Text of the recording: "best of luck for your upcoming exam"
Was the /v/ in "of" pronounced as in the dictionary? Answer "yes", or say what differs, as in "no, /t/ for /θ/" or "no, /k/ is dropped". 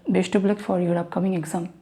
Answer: no, /b/ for /v/